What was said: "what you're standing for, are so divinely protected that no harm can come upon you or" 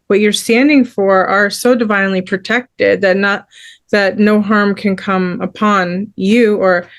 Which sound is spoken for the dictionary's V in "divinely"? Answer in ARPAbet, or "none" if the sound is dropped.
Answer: V